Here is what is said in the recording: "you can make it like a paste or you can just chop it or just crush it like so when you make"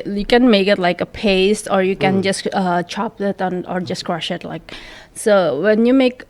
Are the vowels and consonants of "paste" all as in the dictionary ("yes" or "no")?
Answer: yes